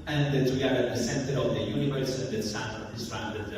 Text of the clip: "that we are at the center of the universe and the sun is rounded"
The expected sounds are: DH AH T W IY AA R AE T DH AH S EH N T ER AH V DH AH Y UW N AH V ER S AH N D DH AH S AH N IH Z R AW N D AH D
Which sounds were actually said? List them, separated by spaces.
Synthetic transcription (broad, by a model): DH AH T W IY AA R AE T DH AH S EH N T ER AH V DH AH Y UW N AH V ER S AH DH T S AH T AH IH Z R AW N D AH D